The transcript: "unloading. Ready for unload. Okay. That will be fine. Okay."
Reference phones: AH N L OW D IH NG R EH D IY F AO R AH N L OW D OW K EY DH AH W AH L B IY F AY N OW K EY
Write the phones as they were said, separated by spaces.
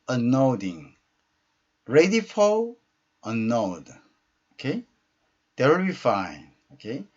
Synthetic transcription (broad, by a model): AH N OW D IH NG R EH D IY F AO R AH N OW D OW K EY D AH W AH L B IY F AY N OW K EY